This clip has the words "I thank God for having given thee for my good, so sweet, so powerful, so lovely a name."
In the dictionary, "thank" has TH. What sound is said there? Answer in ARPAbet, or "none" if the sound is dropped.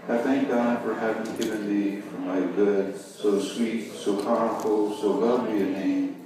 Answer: TH